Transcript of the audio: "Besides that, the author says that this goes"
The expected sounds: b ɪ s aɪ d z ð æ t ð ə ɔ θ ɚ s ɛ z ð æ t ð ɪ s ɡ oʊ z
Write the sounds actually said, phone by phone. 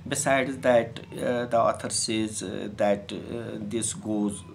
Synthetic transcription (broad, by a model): b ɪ s aɪ d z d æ t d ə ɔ t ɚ s ɛ z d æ t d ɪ s ɡ oʊ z